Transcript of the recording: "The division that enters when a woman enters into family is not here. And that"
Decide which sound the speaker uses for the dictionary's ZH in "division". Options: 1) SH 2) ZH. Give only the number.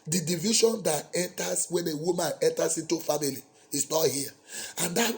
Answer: 1